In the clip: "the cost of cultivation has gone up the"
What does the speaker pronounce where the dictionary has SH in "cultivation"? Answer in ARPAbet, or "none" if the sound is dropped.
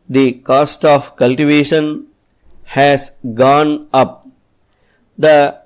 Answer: SH